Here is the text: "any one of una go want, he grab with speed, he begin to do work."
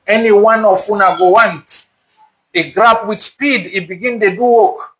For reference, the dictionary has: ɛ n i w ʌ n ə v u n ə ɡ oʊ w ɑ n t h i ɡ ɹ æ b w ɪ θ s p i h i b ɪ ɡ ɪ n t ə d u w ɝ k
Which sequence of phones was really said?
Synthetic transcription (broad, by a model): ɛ n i w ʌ n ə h u n ə ɡ oʊ w ɑ n t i ɡ ɹ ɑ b w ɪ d s p i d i b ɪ ɡ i n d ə d u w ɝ k